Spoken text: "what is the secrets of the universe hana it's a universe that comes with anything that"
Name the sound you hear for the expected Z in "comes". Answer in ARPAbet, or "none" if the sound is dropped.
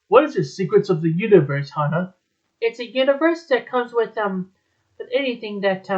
Z